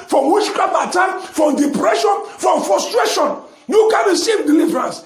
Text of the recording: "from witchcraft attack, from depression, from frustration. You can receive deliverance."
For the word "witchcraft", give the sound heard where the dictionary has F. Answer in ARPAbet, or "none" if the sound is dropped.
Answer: none